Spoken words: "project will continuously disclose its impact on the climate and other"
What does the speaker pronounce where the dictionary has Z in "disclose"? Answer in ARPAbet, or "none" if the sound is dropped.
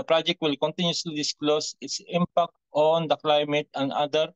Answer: S